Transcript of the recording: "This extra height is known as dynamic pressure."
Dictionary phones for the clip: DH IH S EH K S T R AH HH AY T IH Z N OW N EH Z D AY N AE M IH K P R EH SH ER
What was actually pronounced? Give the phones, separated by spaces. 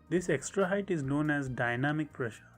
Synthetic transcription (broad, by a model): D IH S EH K S T R AH HH AY T IH Z N OW N EH Z D AY N AE M IH K P R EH SH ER